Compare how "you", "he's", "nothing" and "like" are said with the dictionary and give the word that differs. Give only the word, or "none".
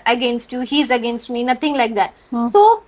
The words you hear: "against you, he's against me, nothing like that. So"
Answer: nothing